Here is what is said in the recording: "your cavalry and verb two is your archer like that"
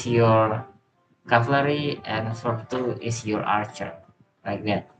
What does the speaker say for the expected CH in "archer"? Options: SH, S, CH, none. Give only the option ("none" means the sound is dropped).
CH